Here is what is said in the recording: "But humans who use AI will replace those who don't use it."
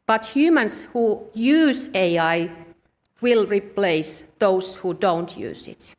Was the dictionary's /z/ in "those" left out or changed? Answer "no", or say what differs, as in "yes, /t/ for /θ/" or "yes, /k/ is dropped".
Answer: yes, /s/ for /z/